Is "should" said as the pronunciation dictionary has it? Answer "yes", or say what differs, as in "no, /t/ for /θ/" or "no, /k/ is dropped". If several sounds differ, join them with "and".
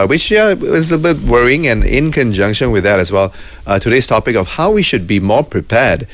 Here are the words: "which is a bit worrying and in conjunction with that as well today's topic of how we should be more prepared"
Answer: yes